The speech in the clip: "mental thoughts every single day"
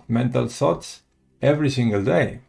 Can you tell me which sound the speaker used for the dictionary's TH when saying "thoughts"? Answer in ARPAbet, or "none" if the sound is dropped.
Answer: S